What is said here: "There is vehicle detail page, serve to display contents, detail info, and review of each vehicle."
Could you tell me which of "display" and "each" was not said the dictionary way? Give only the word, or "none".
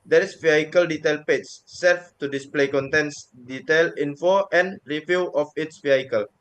each